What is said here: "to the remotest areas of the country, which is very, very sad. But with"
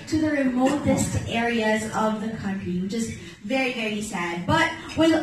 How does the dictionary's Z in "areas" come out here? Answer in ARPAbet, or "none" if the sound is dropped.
Z